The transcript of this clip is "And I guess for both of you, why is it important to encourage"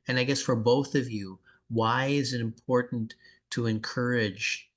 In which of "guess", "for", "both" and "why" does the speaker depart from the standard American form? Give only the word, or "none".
none